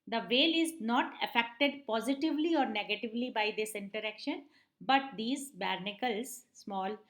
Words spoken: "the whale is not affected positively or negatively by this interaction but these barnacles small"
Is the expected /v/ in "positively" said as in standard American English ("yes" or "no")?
yes